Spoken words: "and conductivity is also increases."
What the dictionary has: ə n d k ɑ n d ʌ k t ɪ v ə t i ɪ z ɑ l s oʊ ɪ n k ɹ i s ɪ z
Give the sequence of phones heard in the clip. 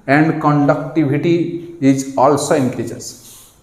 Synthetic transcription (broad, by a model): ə n d k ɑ n d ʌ k t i b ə t i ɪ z ɑ l s oʊ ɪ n k ɹ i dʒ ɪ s